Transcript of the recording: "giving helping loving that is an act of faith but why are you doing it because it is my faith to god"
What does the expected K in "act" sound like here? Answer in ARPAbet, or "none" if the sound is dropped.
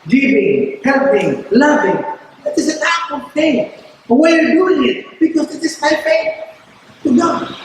none